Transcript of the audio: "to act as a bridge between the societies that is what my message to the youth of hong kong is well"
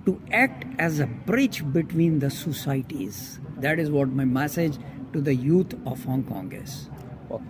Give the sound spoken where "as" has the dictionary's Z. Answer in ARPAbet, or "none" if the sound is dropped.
Z